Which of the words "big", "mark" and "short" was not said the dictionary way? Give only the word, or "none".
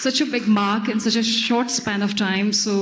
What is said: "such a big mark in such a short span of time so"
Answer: none